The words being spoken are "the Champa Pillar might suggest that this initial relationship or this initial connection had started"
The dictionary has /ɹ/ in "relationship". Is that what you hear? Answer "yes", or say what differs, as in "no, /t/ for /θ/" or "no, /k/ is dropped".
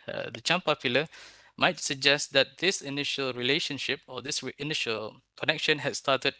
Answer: yes